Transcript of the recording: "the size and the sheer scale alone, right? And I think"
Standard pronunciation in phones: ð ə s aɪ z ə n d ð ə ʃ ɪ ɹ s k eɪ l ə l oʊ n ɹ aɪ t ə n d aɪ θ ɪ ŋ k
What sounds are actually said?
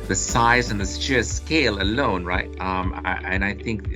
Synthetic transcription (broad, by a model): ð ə s aɪ z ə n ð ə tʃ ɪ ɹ s k eɪ l ə l oʊ n ɹ aɪ t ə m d aɪ θ ɪ ŋ k